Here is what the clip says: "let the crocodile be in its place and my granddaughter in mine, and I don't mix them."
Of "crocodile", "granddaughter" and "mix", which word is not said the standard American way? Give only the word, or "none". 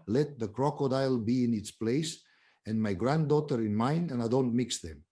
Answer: none